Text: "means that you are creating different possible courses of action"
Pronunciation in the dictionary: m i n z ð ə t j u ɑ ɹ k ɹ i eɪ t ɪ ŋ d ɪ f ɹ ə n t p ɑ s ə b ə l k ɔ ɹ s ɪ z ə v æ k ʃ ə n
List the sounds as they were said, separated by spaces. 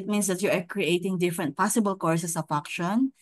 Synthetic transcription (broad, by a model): m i n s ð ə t j u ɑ ɹ k ɹ i eɪ t ɪ ŋ d ɪ f ɹ ə n t p ɑ s ə b ə l k ɔ ɹ s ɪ s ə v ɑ k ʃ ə n